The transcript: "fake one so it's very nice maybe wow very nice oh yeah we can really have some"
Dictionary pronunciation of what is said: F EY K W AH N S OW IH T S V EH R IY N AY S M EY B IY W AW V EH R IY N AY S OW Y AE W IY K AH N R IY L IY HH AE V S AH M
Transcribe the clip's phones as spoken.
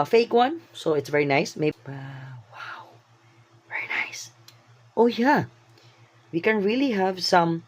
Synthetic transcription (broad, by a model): F EY K W AH N S OW IH T S V EH R IY N AY S M EY IY W AW V EH R IY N AY S OW Y AE W IY K AH N R IY L IY HH AE V S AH M